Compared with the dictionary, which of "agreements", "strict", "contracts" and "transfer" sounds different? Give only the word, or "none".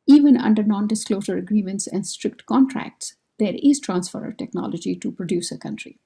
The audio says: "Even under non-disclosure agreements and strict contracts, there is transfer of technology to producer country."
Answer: none